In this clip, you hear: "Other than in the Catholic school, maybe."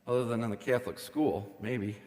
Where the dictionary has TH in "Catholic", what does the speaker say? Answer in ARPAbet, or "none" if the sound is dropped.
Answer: TH